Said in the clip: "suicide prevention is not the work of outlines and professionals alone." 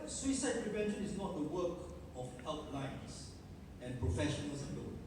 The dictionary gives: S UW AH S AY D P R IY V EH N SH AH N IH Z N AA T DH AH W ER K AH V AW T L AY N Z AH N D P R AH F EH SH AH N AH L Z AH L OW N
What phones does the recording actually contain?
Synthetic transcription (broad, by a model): S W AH S AY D P R IY V EH N SH AH N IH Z N AA T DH AH W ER K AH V AW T L AY N S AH N P R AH F EH SH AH N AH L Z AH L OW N